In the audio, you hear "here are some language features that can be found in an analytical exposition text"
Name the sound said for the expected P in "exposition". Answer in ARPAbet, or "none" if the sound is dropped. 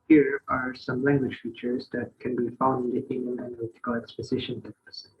P